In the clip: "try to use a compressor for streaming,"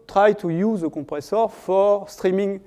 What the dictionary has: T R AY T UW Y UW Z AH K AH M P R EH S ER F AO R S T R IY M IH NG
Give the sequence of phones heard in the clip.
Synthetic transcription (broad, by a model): T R AY T UW Y UW Z AH K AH P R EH S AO F AO R S T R IY M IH NG